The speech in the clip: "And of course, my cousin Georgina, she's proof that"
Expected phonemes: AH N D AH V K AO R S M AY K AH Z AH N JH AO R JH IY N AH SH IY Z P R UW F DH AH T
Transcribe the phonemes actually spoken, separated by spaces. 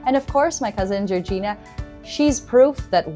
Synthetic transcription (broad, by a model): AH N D AH V K AO R S M AY K AH Z AH N JH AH R JH IY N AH SH IY Z P R UW F DH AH T